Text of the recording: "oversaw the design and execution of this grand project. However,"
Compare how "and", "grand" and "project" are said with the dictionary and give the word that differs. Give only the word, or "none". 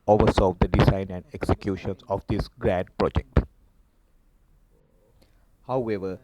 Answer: grand